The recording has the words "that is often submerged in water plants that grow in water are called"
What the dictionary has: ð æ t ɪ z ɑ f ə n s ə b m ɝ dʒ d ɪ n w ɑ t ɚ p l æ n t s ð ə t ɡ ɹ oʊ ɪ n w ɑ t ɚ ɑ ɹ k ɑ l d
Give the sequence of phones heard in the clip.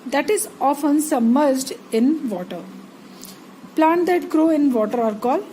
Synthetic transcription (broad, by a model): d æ t ɪ z ɑ f ə n s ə m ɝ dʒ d ɪ n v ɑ t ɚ p l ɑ n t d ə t ɡ ɹ oʊ ɪ n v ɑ t ɚ ɑ ɹ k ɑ l